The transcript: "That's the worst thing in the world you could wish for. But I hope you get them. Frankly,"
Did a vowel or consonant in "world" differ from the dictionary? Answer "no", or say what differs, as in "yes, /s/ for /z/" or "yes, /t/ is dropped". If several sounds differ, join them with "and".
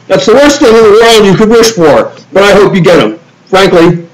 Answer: yes, /n/ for /l/